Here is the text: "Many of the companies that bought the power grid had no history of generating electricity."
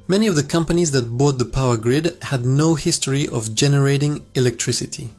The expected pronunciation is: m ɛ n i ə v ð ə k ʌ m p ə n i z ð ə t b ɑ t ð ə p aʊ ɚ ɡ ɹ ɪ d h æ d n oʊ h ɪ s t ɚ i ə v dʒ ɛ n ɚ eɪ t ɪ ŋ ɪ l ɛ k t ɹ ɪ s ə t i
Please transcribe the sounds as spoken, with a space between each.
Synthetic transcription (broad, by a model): m ɛ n i ə v ð ə k ʌ m p ə n i z ð ə t b ɑ t ð ə p aʊ ɚ ɡ ɹ ɪ d h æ d n oʊ h ɪ s t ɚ i ə v dʒ ɛ n ɚ eɪ t ɪ ŋ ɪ l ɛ k t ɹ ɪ s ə t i